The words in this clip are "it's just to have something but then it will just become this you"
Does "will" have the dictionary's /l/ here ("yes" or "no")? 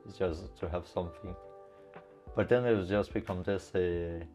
no